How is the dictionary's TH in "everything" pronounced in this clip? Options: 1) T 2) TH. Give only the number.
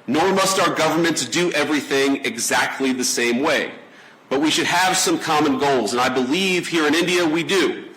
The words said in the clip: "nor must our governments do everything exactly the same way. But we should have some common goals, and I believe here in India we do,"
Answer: 2